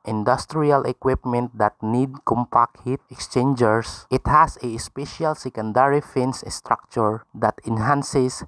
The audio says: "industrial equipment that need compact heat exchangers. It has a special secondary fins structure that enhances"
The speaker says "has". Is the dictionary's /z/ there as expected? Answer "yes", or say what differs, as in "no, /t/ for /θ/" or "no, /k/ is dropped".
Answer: no, /s/ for /z/